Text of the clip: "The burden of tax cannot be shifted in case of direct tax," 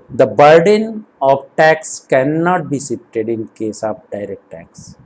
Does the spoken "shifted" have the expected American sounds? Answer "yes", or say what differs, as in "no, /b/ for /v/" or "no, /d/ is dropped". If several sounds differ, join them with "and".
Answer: no, /s/ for /ʃ/ and /p/ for /f/